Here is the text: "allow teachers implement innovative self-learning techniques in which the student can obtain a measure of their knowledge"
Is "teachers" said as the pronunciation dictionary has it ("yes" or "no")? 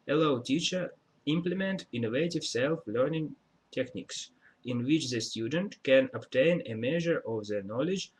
no